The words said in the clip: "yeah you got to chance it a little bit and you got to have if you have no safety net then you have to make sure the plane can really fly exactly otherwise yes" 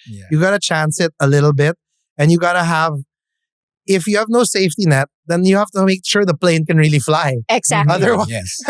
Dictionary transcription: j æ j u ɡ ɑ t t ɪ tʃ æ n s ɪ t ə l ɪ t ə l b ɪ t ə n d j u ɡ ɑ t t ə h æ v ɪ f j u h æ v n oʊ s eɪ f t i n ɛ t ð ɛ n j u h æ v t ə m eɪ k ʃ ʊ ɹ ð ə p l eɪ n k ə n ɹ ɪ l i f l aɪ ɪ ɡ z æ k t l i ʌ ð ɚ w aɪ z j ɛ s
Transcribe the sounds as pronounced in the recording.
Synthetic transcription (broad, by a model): j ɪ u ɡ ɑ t t ɪ tʃ æ n s ɪ t ə l ɪ t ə l b ɪ t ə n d j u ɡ ɑ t t ə h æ v ɪ f j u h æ v n oʊ s eɪ f t i n ɛ t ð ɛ n j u h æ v t ə m eɪ k ʃ ʊ ɹ ð ə p l eɪ n k ə n ɹ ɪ l i f l aɪ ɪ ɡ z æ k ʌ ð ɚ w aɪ j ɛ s